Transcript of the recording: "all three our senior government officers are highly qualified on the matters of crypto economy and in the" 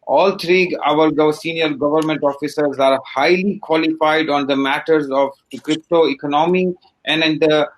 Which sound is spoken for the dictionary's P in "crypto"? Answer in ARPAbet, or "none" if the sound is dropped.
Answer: P